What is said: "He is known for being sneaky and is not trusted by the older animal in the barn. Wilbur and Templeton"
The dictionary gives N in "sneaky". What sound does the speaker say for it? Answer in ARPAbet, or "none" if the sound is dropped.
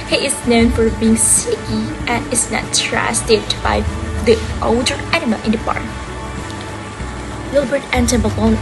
none